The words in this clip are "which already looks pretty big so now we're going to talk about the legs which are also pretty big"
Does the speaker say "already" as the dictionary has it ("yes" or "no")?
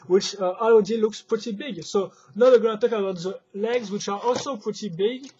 no